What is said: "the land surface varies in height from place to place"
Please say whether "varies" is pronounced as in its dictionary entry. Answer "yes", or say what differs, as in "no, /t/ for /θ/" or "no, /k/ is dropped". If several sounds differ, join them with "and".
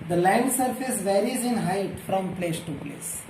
yes